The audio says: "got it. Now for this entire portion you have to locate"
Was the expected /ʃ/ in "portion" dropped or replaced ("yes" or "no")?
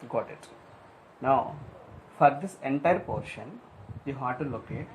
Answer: no